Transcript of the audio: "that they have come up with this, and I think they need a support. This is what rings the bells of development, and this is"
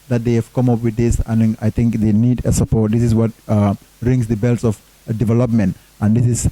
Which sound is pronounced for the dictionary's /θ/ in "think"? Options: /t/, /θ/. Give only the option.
/t/